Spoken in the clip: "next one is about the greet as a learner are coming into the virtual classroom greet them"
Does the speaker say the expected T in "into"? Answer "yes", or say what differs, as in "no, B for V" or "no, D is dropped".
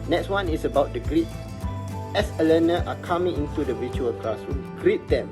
yes